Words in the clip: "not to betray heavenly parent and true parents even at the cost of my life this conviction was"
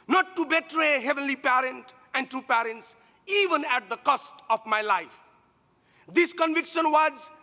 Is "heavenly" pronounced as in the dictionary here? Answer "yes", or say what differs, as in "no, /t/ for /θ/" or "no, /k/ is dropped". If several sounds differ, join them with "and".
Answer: yes